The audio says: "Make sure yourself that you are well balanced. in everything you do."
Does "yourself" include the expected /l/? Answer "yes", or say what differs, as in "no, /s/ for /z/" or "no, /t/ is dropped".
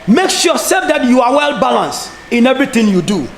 no, /l/ is dropped